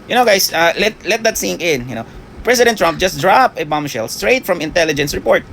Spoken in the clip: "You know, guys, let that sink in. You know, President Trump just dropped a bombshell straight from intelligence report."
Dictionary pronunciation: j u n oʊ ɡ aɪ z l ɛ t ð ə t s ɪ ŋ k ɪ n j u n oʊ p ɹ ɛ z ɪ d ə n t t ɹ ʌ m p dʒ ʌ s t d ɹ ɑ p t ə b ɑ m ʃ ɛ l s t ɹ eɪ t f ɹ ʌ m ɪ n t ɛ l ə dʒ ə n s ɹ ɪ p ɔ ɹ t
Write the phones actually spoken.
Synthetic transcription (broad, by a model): j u n oʊ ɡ aɪ s l ɛ t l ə t s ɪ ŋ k ɪ n j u n oʊ p ɹ ɛ s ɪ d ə n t t ɹ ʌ m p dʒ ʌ s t d ɹ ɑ p ə b ɑ m ʃ ɛ l s t ɹ eɪ t f ɹ ʌ m ɪ n t ɛ l ə dʒ ə n s ɹ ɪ p ɔ ɹ t